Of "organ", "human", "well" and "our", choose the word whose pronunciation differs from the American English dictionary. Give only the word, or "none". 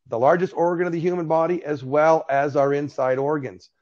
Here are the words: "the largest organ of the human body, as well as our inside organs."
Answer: none